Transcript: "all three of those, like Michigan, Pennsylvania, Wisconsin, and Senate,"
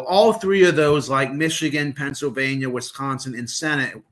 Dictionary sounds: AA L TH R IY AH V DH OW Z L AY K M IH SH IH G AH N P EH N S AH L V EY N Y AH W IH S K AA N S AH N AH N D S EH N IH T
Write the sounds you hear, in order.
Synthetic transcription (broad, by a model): AA L TH R IY AH V DH OW Z L AY K M IH SH IH G AH N P EH N S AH L V EY N Y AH W IH S K AA N S AH N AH N S EH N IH T